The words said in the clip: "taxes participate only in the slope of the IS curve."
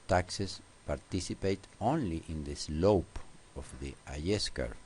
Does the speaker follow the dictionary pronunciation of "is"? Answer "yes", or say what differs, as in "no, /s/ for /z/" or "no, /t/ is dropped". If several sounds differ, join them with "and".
no, /s/ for /z/